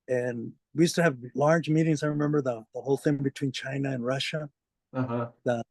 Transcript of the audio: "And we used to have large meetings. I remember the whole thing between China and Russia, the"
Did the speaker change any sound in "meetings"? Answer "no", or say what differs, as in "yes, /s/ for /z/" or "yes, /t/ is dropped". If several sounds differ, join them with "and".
no